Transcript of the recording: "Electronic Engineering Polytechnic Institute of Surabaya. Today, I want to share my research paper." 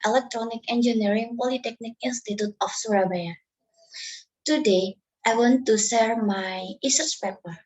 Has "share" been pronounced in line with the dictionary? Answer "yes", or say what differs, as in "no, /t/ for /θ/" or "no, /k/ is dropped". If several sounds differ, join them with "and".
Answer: no, /s/ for /ʃ/